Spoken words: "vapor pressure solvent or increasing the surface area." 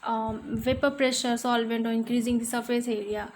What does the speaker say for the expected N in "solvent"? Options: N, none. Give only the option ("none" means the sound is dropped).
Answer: N